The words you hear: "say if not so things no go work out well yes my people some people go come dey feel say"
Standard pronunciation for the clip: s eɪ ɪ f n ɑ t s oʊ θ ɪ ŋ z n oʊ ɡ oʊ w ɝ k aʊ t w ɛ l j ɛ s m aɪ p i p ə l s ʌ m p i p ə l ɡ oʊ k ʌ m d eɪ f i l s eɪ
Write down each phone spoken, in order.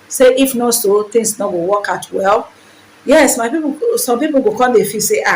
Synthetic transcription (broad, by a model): s eɪ ɪ f n ɑ t s oʊ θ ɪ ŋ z n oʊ ɡ oʊ w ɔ k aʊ t w ɛ l j ɛ s m aɪ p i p s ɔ m p i p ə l ɡ oʊ k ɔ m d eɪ f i s eɪ